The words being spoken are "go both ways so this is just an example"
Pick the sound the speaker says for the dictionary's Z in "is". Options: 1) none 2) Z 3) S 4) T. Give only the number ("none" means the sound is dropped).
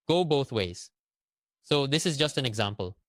2